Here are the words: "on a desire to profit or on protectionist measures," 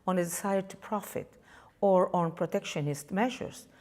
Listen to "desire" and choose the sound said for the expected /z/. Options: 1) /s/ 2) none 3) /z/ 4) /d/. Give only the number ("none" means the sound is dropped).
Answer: 1